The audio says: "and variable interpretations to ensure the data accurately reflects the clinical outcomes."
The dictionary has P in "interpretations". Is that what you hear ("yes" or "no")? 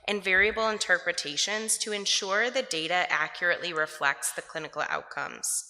yes